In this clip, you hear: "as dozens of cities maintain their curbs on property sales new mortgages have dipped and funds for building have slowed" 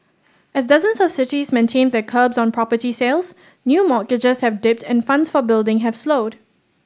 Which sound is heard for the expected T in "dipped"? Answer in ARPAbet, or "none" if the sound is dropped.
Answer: T